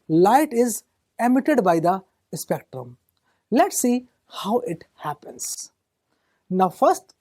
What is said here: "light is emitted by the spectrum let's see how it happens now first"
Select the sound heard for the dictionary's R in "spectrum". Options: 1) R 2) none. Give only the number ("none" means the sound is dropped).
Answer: 1